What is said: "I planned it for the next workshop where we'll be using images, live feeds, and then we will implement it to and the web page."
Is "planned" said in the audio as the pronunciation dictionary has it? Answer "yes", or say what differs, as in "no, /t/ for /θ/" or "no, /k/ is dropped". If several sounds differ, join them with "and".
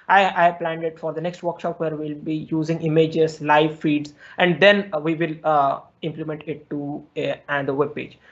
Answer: yes